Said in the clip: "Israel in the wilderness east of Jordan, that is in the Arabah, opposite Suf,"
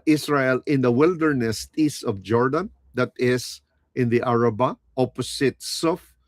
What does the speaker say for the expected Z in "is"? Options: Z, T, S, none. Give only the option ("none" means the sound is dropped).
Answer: S